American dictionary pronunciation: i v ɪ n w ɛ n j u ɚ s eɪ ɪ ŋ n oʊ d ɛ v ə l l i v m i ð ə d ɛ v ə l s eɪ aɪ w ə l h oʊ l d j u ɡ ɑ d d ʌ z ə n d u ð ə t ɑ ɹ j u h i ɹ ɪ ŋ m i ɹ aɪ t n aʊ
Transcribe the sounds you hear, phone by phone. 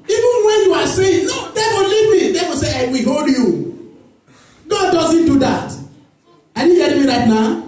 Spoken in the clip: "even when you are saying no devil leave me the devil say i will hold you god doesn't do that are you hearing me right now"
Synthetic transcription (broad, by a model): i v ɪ n w ɛ n j u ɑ s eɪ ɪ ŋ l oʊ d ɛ w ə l l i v m i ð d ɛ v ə s eɪ aɪ w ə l h oʊ l d j u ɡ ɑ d d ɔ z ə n d u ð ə t ɑ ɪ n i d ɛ l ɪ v m i ɹ aɪ t n aʊ